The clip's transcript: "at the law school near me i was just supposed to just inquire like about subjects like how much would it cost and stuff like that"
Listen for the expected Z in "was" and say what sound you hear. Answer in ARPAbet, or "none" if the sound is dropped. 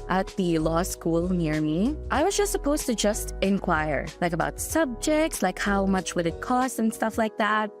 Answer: Z